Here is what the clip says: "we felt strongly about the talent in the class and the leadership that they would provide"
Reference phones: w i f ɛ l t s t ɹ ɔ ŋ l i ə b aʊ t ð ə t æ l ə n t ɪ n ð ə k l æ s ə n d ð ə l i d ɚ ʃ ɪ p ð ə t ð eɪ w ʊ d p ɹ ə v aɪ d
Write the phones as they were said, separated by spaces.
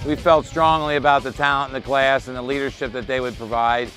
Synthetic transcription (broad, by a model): w i f ɛ l t s t ɹ ɔ ŋ l i ə b aʊ t ð ə t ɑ ə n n ð ə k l æ s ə n ð ə l i d ɚ ʃ ɪ p ð ə t ð eɪ w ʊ d p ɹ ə v aɪ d